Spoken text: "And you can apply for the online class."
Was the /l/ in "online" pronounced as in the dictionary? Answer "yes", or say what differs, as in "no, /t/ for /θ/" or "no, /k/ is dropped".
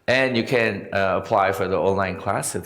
yes